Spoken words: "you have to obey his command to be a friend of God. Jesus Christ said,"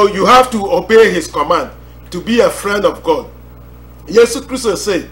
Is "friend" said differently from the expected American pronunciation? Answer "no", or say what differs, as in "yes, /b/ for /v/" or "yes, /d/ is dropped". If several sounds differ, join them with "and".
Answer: no